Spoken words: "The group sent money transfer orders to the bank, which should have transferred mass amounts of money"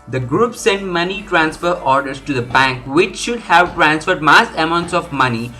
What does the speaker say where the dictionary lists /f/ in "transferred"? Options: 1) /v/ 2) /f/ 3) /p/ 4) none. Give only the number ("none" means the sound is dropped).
2